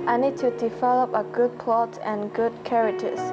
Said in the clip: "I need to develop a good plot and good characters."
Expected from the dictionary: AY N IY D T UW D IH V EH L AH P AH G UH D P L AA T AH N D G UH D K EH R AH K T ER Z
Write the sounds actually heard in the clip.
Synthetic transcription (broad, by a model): AY N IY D T UW D IH V EH L AH P AH G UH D P L AA T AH N G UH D K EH R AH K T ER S